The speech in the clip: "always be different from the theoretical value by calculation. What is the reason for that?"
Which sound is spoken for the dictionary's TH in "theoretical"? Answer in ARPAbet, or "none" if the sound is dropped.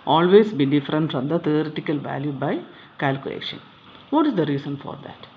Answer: T